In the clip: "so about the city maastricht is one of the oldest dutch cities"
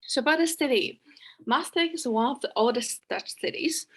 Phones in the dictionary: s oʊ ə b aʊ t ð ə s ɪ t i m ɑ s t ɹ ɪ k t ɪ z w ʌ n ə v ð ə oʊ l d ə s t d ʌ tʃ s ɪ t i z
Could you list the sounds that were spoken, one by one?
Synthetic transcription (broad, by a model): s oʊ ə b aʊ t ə s ɪ t i m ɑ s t ɪ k ɪ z w ʌ n ə v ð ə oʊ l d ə s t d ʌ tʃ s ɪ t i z